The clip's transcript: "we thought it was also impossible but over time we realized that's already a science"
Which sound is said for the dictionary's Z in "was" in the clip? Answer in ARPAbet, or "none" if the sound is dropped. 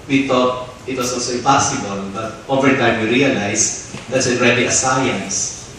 S